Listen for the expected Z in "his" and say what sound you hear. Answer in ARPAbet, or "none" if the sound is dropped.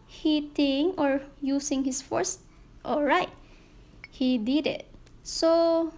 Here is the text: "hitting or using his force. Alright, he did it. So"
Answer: S